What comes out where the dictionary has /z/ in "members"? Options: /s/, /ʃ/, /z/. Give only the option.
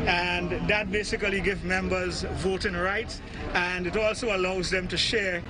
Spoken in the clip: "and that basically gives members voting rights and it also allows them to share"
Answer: /z/